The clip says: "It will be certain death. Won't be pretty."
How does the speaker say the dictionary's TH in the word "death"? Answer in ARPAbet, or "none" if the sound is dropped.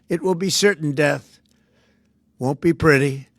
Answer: TH